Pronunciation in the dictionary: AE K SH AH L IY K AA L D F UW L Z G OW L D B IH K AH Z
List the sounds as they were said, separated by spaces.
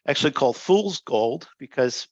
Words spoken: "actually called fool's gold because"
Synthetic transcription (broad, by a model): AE K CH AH L IY K AA L D F UW L Z G OW L D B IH K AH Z